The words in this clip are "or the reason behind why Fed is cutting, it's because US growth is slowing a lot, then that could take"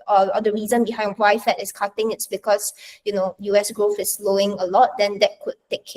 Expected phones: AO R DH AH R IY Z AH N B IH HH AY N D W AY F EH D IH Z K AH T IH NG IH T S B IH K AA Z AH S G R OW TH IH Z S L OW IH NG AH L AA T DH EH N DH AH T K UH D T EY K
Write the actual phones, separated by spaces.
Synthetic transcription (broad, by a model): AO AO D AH R IY Z AH N B IH HH AY N D W AY F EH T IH S K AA T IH NG IH T S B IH K AA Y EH S G R OW TH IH S L OW IH NG AH L AA T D EH N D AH T K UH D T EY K